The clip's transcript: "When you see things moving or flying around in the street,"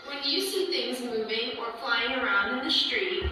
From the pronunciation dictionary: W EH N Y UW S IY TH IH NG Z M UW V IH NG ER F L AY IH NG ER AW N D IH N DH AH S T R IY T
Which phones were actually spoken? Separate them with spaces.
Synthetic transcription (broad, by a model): W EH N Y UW S IY TH IH NG Z M UW V IH NG ER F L AY IH NG ER AW N D IH N DH AH S T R IY T